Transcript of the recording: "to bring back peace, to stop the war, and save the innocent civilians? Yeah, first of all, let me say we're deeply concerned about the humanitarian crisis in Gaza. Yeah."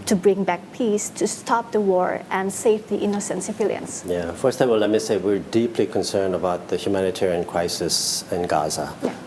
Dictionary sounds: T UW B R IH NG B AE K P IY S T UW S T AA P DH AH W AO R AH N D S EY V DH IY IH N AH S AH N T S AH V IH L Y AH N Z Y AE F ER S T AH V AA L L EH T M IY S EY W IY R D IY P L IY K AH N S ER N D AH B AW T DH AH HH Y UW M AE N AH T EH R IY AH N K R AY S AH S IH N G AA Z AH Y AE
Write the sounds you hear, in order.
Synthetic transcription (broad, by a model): T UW B R IH NG B AE K P IY S T UW S T AA P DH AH W AO R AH N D S EY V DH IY IH N AH S AH N T S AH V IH L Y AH N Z Y AE F ER S T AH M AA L L EH T M IY S EY W IY R D IY P L IY K AH N S ER N D AH B AW T DH AH HH Y UW M AE N AH T EH R IY AH N K R AY S AH S IH N G AA Z AH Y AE